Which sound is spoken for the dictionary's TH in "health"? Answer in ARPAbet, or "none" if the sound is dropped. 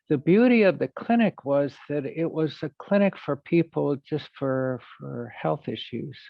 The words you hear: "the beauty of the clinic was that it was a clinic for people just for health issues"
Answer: TH